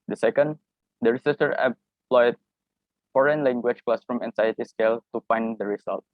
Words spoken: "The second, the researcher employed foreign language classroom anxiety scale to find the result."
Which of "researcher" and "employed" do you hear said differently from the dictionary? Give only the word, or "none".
researcher